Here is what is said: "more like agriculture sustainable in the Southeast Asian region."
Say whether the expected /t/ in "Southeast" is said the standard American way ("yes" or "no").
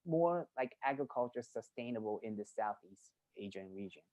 yes